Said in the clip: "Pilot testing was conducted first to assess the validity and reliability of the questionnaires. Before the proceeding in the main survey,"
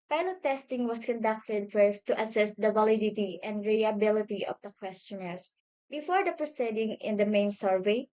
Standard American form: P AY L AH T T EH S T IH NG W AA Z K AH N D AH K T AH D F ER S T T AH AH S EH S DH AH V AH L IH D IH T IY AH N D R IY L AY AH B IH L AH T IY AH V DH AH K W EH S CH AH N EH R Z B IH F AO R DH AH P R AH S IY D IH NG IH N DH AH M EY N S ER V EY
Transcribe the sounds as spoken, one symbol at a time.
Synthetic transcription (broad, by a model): P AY L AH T T EH S T IH NG W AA S K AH N D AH K T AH D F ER S T T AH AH S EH S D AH V AH L IH D IH T IY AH N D R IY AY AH B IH L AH T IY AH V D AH K W EH S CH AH N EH R S B IH F AO R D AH P R AH S IY D IH NG IH N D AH M EY N S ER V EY